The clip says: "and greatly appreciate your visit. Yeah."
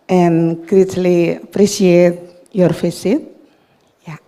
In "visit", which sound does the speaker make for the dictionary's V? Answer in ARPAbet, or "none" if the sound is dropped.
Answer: F